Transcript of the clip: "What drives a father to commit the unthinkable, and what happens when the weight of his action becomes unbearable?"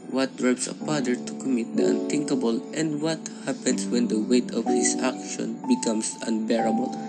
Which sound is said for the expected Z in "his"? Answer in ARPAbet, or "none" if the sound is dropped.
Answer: S